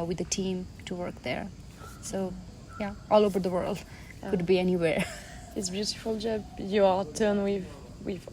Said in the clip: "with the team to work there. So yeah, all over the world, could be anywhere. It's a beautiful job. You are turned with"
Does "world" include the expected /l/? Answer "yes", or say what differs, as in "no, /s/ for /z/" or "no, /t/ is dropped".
yes